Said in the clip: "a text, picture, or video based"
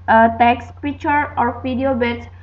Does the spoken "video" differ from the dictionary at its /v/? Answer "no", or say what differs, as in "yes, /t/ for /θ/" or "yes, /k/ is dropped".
yes, /p/ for /v/